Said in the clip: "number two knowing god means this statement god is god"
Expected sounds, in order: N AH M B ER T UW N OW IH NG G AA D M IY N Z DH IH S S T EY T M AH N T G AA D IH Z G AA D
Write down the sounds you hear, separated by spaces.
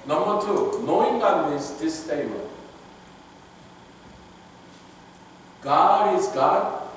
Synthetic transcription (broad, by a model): N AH M B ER T UW N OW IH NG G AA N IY Z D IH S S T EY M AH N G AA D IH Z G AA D